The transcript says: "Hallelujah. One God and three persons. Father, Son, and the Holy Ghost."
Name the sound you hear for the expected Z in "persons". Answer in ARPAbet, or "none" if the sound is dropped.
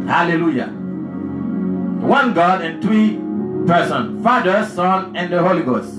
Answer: none